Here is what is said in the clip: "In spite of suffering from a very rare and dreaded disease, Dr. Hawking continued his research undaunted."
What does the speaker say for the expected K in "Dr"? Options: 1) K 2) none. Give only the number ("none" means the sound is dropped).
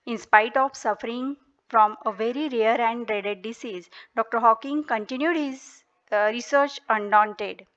1